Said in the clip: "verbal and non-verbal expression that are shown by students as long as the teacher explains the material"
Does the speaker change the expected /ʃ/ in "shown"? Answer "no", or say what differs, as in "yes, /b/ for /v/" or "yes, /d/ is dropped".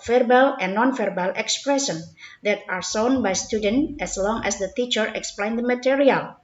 yes, /s/ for /ʃ/